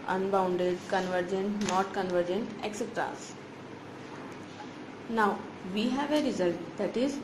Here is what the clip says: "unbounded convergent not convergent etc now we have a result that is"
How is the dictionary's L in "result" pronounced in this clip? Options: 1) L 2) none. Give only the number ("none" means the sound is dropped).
1